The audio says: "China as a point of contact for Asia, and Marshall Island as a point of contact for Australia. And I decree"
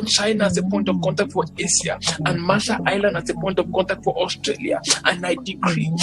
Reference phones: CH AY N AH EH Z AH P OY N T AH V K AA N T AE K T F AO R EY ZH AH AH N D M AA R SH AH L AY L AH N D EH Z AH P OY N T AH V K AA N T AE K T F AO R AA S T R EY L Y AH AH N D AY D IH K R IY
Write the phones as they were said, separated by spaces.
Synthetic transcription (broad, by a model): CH AY N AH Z AH P OY N T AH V K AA N T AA K T F AO R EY S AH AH N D M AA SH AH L AY L AH N D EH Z AH P OY N T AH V K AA N T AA K T F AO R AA S T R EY L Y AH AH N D AY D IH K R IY